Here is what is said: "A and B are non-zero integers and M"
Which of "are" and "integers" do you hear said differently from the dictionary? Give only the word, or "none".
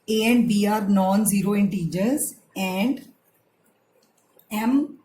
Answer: none